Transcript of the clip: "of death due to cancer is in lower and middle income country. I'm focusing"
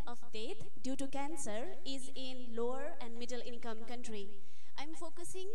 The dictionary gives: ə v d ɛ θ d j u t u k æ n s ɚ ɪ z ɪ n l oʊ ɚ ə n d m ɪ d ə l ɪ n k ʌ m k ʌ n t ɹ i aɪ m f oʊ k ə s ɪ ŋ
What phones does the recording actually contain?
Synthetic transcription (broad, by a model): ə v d ɛ t d j u t u k æ n s ɚ ɪ z ɪ n l oʊ ɚ ə n d m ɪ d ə l ɪ n k ʌ m k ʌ n t ɹ i aɪ m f oʊ k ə s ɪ ŋ